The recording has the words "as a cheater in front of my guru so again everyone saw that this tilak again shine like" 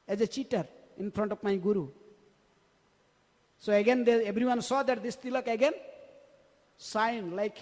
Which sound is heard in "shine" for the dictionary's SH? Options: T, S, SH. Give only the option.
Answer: S